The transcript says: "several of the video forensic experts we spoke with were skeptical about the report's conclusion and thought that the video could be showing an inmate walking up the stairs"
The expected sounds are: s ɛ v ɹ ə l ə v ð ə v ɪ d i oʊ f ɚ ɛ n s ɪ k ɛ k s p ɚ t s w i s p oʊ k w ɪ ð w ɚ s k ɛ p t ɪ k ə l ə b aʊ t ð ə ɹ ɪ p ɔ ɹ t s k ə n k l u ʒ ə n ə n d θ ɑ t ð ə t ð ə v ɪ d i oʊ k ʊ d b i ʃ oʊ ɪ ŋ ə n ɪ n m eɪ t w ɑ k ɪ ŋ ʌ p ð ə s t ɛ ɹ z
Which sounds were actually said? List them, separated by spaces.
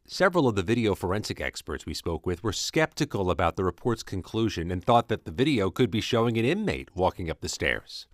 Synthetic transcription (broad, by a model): s ɛ v ɹ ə l ə v ð ə v ɪ d i oʊ f ɚ ɛ n s ɪ k ɛ k s p ɚ t s w i s p oʊ k w ɪ ð w ɚ s k ɛ p t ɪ k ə l ə b aʊ t ð ə ɹ ɪ p ɔ ɹ t s k ə n k l u ʒ ə n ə n θ ɑ t ð ə t ð ə v ɪ d i oʊ k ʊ d b i ʃ oʊ ɪ ŋ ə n ɪ n m eɪ t w ɑ k ɪ ŋ ʌ p ð ə s t ɛ ɹ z